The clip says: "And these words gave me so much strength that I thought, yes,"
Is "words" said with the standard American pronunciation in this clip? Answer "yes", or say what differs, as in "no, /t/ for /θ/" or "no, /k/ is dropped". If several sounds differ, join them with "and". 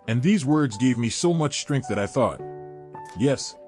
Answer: yes